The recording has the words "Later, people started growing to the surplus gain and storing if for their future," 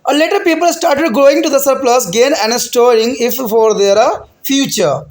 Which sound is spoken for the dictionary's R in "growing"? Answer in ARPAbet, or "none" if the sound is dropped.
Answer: none